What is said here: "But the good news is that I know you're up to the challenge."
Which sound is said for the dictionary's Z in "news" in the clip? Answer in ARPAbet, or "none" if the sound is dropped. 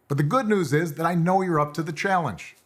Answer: Z